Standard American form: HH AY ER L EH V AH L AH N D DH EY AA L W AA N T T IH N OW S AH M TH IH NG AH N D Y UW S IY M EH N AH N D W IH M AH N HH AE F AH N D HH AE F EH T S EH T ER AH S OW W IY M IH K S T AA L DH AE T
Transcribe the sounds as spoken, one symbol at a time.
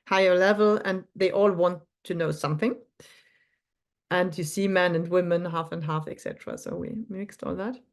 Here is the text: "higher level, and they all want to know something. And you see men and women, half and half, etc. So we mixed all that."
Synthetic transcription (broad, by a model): HH AY ER L EH V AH L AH N DH EY AA L W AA N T T IH N OW S AH M TH IH NG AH N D Y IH S IY M EH N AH N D W IH M AH N HH AE F AH N D HH AE F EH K S EH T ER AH S OW W IY M IH K S T AA L DH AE T